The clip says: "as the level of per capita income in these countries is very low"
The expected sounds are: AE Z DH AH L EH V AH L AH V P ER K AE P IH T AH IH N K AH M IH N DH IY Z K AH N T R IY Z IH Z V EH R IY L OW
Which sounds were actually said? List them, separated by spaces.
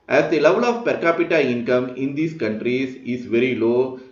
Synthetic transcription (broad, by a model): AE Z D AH L EH V AH L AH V P ER K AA P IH T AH IH N K AH M IH N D IY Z K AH N T R IY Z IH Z V EH R IY L OW